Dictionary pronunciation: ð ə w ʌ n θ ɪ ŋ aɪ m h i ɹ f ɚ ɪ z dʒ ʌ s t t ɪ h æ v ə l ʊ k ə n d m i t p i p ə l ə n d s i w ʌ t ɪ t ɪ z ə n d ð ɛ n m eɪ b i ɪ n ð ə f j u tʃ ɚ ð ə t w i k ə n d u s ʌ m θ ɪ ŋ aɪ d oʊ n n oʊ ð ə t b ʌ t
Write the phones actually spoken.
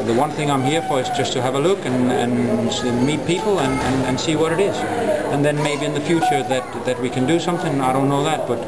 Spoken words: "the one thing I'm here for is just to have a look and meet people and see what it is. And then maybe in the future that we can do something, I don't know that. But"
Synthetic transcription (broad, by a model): ð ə w ʌ n θ ɪ ŋ aɪ m h i ɹ f ɚ ɪ z dʒ ʌ s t t ɪ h v ə l ʊ k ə n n m i t p i p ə n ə n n s i w ʌ t ɪ t ɪ z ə n ð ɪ n m eɪ b i ɪ n ð ə f j u tʃ ɚ ð ə t w i k ə n d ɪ s ʌ m θ ɪ ŋ aɪ d oʊ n n oʊ ð ə t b ʌ t